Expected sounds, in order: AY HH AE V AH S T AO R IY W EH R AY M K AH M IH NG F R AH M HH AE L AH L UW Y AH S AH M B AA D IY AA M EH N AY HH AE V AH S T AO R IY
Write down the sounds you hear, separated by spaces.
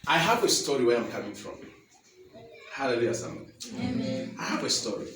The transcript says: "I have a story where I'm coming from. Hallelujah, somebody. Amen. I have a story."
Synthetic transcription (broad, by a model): AY HH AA V AH S T AO R IY W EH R AY M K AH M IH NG F R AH M HH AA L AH L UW Y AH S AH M AA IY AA HH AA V AH S T AO R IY